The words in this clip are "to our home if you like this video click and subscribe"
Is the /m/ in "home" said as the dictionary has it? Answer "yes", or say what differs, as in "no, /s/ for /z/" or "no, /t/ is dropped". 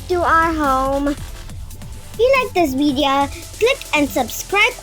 no, /m/ is dropped